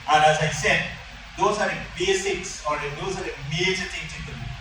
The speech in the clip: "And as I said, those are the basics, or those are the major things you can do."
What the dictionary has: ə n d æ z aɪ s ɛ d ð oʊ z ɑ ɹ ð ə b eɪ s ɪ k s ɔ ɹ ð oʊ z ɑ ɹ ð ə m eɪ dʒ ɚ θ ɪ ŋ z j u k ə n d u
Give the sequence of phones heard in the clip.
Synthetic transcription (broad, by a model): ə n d æ z aɪ s ɛ d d oʊ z ɑ ɹ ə b eɪ s ɪ k s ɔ ɹ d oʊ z ɑ ɹ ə m eɪ dʒ ɚ t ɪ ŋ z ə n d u